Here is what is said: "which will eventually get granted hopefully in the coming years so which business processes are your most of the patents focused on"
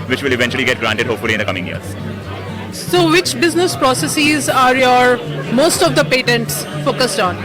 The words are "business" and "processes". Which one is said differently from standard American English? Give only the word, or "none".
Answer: none